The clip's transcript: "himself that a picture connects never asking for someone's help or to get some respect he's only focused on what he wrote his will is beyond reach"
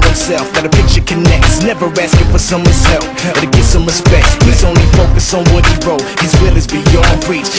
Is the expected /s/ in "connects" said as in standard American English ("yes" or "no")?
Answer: yes